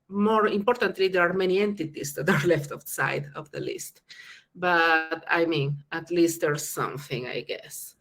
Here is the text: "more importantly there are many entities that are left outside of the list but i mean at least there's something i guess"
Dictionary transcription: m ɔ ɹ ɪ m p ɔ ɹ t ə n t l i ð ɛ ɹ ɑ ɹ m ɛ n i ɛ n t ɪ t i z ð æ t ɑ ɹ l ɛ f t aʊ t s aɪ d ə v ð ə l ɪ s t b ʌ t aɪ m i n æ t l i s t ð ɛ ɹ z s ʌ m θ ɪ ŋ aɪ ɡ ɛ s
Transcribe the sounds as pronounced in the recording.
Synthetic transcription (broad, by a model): m ɔ ɹ ɪ m p ɔ ɹ t ə n t l i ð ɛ ɹ ɑ ɹ m ɛ n i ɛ n t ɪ t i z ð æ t ɑ ɹ l ɛ f t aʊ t s aɪ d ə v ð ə l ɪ s t b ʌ t aɪ m i n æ t l i s t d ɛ ɹ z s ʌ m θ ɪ ŋ aɪ ɡ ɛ s